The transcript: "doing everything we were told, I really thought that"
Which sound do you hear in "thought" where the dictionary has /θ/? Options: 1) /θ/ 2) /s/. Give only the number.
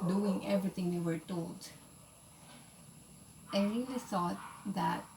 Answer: 2